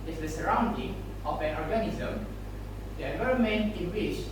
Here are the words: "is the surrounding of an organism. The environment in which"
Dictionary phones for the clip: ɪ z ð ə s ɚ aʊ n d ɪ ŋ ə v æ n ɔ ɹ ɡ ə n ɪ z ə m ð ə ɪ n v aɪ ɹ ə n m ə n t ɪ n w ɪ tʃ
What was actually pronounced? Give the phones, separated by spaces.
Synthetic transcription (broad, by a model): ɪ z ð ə s ɚ aʊ n d ɪ ŋ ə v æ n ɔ ɹ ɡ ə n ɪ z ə m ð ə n aɪ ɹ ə m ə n ɪ n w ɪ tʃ